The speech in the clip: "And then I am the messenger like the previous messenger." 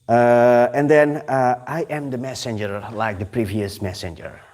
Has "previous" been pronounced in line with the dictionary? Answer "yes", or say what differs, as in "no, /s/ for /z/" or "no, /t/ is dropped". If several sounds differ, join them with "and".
yes